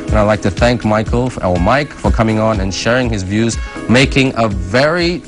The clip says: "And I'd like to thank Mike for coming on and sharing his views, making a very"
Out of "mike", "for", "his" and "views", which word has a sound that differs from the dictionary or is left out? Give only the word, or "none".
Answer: none